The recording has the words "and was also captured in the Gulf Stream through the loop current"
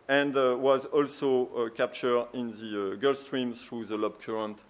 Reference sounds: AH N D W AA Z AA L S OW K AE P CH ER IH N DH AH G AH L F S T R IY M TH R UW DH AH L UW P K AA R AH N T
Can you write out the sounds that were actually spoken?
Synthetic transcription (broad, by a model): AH N D W AA Z AA L S OW K AE P CH ER IH N DH AH G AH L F S T R IY M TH R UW DH AH L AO B K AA R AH N T